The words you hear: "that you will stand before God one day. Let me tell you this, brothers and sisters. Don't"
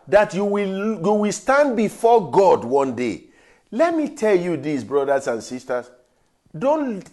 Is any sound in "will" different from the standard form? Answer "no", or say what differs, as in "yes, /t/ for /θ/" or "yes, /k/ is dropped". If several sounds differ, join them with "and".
yes, /w/ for /l/